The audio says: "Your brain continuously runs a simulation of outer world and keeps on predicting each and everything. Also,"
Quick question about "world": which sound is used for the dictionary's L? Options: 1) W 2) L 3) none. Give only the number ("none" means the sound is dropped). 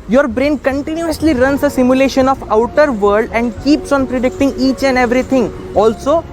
3